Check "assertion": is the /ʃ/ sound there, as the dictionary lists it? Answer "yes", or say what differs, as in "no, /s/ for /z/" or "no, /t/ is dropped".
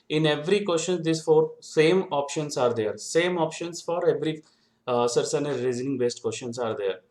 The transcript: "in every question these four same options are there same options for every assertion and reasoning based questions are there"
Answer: no, /s/ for /ʃ/